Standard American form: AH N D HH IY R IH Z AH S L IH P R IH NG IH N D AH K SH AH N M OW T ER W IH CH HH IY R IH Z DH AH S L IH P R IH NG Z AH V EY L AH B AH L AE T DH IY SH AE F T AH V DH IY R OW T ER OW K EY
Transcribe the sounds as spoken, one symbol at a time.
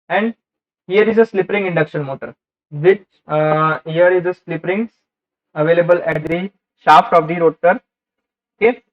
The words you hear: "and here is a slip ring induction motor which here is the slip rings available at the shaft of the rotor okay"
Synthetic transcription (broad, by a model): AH N D HH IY R IH Z AH S L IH P R IH NG IH N D AH K SH AH N M OW T ER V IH CH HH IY R IH Z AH S L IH P R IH NG AH V EY L AH B AH L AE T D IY SH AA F T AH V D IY R OW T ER OW K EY